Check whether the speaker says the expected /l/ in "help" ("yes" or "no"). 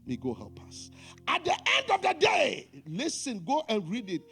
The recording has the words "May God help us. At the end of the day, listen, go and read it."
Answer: no